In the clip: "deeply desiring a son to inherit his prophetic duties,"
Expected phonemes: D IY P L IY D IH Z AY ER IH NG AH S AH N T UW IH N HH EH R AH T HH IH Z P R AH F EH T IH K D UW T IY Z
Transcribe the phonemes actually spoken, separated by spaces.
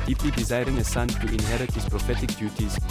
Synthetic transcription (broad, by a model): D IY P L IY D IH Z AY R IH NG AH S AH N T UW IH N HH EH R AH T HH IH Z P R AH F EH T IH K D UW T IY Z